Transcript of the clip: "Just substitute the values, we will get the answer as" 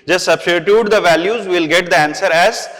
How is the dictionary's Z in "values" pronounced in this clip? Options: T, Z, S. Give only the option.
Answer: Z